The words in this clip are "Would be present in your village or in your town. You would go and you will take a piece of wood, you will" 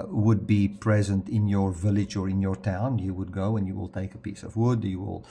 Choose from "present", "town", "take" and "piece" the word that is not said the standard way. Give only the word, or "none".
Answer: none